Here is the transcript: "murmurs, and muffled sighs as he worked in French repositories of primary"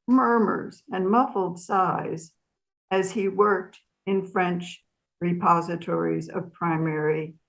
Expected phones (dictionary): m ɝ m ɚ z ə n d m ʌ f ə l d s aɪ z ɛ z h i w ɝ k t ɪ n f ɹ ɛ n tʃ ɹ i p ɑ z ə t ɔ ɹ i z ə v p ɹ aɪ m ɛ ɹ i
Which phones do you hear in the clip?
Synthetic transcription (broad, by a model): m ɝ m ɚ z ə n m ʌ f l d s aɪ z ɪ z i w ɝ k t ɪ n f ɹ ɛ n tʃ ɹ i p ɑ z ə t ɔ ɹ i z ə v p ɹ aɪ m ɛ ɹ i